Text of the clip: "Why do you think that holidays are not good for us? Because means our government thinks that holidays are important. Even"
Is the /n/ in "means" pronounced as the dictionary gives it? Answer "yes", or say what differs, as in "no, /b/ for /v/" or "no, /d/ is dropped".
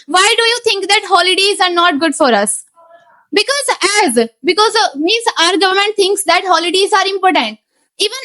no, /n/ is dropped